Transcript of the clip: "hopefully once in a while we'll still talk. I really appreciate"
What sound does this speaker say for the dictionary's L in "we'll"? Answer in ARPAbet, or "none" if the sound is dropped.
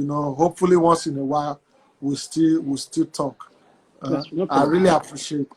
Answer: W